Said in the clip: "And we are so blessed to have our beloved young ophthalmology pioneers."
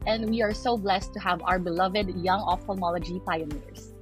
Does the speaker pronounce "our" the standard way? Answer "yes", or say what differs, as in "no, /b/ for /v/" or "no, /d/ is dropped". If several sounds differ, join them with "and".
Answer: yes